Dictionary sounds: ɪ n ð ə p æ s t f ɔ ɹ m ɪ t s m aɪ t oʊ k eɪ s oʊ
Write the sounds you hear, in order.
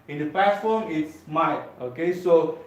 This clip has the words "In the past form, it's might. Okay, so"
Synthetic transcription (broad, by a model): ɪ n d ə p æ t f ɔ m ɪ t s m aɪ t oʊ k eɪ s oʊ